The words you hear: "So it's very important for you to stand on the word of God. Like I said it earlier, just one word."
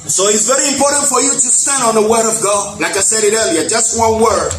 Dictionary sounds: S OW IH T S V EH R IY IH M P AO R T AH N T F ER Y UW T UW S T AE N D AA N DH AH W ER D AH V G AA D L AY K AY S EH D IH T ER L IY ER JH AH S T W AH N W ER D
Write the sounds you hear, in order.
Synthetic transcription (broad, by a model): S OW IH T S V EH R IY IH M P AO R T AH N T F ER Y UW T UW S T AE N D AA N DH AH W ER D AH V G AA D L AY K AY S EH D IH T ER L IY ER JH AH S T W AH N W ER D